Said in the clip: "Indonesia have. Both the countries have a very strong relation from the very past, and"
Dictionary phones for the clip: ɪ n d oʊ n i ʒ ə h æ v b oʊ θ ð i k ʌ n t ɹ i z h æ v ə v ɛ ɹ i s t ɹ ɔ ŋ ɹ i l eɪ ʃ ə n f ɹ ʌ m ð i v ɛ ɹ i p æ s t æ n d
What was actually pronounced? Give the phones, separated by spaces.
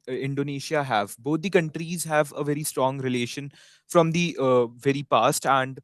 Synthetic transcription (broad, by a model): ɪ n d oʊ n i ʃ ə h æ v b oʊ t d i k ʌ n t ɹ i z h æ v ə v ɛ ɹ i s t ɹ ɔ ŋ ɹ i l eɪ ʃ ə n f ɹ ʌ m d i v ɛ ɹ i p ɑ s t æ n d